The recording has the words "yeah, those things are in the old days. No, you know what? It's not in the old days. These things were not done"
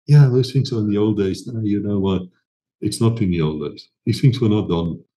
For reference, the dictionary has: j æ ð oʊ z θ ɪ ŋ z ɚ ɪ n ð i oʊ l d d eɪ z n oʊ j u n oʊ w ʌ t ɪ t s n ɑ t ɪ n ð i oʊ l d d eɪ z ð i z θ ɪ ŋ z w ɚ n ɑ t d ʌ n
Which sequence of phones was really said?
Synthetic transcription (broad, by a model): j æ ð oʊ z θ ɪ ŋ s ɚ ɪ n ð i oʊ l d d eɪ z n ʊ j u n oʊ w ʌ t ɪ t s n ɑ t ɪ n ð i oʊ l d d eɪ z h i θ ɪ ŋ s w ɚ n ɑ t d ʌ n